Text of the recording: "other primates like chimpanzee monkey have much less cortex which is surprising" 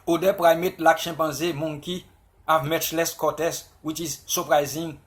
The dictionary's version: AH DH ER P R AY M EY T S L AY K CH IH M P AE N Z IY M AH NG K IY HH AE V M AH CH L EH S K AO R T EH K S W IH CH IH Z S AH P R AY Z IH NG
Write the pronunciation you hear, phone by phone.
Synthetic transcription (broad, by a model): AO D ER P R AY M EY T L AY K SH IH P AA Z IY M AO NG K IY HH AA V M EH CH L EH S K AO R T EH S W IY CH IH Z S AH P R AY Z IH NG